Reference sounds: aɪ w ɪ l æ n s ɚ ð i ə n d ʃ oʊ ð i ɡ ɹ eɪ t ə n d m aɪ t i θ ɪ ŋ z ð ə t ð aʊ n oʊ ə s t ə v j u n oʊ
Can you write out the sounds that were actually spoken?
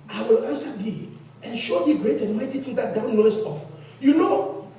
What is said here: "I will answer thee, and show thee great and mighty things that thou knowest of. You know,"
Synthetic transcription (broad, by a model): aɪ w ɪ l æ n s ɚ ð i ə n ʃ oʊ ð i ɡ ɹ eɪ t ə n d m aɪ t i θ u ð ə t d aʊ n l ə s ə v j u n oʊ